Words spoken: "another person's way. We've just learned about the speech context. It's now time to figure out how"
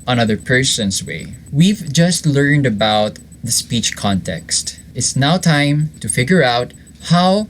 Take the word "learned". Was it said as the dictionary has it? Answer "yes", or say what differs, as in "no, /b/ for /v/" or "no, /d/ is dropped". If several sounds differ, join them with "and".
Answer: yes